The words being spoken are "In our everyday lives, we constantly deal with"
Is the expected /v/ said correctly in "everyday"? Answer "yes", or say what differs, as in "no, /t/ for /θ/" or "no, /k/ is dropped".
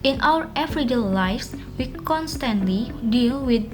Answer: no, /f/ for /v/